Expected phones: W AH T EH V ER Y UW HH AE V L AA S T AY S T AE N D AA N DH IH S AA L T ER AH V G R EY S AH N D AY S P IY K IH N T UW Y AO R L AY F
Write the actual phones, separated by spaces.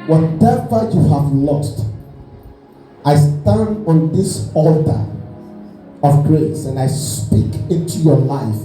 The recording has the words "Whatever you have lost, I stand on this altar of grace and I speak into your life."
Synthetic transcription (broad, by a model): W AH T EH V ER Y UW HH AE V L AA S T AY S T AE N D AA N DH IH S AA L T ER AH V G R EY S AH N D AY S P IY K IH N T UW Y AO L AY F